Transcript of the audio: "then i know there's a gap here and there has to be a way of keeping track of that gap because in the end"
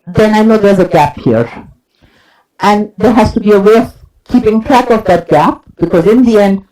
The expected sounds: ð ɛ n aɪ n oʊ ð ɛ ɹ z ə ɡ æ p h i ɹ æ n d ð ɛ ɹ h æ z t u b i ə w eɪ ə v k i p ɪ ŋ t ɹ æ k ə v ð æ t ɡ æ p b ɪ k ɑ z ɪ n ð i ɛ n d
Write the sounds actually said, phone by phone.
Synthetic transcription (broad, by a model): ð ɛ n aɪ n oʊ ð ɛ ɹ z ə ɡ æ p h i ɹ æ n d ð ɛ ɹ h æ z t u b i ə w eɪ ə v k i p ɪ ŋ t ɹ æ k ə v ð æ t ɡ æ p b ɪ k ɑ z ɪ n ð i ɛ n d